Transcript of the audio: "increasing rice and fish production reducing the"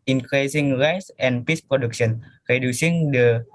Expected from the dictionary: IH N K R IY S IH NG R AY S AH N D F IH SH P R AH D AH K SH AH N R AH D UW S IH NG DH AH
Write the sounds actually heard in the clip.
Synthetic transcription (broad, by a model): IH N K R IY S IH NG R AY S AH N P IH S P R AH D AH K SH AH N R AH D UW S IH NG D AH